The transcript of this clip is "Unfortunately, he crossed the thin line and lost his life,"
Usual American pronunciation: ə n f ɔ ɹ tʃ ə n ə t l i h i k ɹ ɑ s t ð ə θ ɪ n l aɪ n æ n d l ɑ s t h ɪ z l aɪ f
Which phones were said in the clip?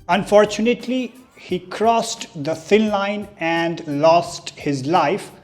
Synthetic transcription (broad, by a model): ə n f ɔ ɹ tʃ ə n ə t l i h i k ɹ ɑ s t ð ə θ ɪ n l aɪ n æ n d l ɑ s t h ɪ z l aɪ f